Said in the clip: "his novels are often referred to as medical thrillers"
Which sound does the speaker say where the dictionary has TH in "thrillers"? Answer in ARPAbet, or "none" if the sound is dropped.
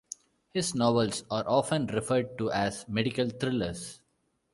T